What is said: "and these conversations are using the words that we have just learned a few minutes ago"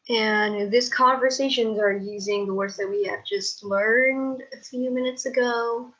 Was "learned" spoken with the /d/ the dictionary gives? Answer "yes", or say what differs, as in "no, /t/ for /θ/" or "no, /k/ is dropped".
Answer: yes